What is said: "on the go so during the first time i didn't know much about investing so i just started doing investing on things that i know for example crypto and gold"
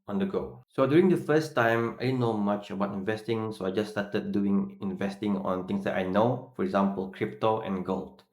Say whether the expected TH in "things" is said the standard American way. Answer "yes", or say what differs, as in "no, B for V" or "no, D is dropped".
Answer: no, T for TH